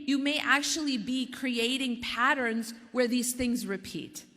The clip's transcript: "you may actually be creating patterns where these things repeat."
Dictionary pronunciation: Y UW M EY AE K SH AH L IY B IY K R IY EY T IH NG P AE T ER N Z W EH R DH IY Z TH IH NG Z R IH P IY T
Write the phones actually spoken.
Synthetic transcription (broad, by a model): Y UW M EY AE K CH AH L IY B IY K R IY EY T IH NG P AE T ER N Z W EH R DH IY Z TH IH NG Z R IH P IY T